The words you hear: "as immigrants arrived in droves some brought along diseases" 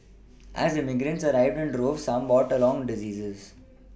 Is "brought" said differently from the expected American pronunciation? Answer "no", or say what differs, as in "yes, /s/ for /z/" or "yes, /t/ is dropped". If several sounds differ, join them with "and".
yes, /ɹ/ is dropped